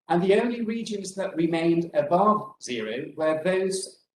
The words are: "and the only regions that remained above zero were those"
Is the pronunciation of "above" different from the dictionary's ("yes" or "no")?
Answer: no